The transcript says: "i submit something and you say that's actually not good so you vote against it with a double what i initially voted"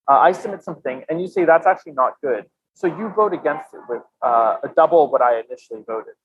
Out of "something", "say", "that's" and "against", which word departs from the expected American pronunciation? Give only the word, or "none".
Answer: none